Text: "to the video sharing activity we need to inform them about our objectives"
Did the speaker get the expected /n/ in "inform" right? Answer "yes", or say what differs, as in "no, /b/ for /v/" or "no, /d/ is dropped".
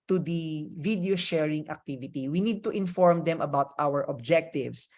yes